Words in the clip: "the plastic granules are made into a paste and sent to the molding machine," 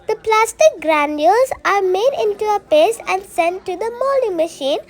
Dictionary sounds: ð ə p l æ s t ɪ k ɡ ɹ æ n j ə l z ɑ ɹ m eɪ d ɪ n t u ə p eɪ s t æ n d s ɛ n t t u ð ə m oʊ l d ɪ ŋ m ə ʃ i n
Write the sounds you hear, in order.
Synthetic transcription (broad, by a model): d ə p l æ s t ɪ k ɡ ɹ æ n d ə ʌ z ɑ ɹ m eɪ d ɪ n t u ə p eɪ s æ n d s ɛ n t t u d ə m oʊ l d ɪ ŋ m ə ʃ i n